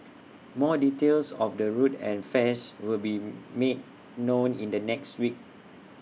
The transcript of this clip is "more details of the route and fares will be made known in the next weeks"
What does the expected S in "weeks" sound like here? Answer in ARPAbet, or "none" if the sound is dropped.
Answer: none